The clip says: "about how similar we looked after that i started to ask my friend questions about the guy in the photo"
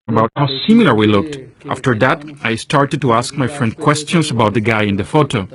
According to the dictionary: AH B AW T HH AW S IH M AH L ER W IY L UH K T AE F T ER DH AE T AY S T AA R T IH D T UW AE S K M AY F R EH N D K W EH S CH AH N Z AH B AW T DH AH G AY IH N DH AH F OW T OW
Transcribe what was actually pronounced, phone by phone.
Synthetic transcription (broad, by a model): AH B AW T HH AW S IH M AH L ER W IY L UH K T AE F T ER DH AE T AY S T AA R T IH D T UW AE S K M AY F R EH N D K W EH S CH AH N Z AH B AW T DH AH G AY IH N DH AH F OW T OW